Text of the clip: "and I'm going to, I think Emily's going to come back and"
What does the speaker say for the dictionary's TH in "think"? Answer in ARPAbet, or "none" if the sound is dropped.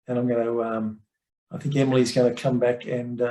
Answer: TH